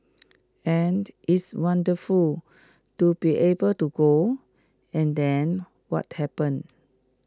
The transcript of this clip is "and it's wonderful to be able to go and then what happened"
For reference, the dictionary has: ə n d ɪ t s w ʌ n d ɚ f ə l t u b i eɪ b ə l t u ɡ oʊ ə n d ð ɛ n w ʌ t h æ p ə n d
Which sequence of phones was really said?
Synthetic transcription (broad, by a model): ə n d ɪ t s w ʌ n d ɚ f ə l t u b i eɪ b ə l t u ɡ oʊ ə n d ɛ n w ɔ t h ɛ p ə n